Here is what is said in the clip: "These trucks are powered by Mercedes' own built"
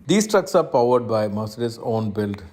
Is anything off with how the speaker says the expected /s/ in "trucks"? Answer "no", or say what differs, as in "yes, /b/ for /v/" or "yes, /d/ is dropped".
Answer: no